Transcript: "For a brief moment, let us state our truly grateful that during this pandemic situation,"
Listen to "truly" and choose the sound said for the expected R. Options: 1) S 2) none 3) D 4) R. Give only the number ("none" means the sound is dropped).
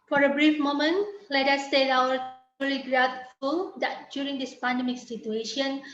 2